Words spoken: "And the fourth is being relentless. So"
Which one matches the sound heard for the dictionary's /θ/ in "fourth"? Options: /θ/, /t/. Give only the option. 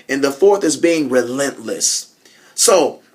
/θ/